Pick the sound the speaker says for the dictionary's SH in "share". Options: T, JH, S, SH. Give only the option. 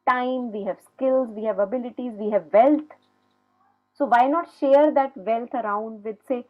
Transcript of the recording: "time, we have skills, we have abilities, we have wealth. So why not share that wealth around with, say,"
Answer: SH